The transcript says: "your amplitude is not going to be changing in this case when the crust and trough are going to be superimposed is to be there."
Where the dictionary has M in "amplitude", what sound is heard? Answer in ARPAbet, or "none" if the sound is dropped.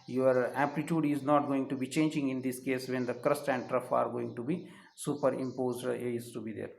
none